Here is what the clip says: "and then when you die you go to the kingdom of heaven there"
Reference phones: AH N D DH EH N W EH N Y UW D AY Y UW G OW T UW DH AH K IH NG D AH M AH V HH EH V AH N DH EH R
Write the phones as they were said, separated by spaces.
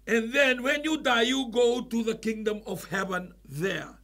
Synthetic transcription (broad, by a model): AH N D DH EH N W EH N Y UW D AY Y UW G OW T UW DH AH K IH NG D AH M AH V HH EH V AH N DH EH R